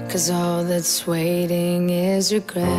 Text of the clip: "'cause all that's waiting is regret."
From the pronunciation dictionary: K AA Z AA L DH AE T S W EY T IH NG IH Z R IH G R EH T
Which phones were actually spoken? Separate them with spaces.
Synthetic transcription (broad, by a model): K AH Z AA L DH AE T S W EY T IH NG IH Z R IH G R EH